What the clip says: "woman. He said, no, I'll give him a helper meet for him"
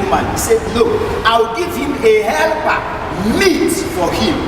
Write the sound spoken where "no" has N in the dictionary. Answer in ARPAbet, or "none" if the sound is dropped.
L